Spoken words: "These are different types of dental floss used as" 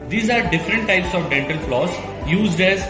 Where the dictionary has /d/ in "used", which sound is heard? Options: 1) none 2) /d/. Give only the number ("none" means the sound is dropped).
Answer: 2